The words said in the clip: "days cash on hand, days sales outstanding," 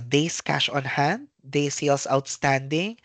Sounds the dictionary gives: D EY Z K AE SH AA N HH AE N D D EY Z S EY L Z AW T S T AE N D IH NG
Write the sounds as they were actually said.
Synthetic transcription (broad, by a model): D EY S K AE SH AA N HH AE N D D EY S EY L S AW T S T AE N D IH NG